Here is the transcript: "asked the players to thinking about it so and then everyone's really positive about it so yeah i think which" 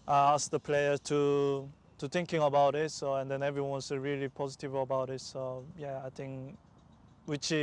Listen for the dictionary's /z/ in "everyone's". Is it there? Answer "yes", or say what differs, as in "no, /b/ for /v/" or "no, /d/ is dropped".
no, /s/ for /z/